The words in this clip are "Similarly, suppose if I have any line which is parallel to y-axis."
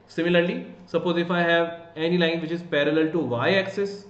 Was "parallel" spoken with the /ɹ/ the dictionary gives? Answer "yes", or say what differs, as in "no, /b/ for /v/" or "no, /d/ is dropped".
yes